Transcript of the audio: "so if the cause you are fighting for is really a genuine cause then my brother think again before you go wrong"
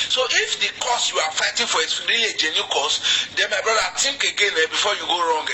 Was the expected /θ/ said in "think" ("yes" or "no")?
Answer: no